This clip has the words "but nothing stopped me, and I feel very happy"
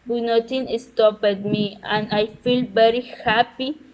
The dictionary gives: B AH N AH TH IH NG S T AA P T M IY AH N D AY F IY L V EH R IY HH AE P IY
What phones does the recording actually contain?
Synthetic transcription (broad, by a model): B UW N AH T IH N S T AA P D M IY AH N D AY F IY L V EH R IY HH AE P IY